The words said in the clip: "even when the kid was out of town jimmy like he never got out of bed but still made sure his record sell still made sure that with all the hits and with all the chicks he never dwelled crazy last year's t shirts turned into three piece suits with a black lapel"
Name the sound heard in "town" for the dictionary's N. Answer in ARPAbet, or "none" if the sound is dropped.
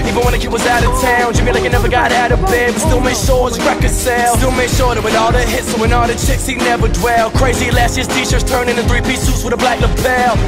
N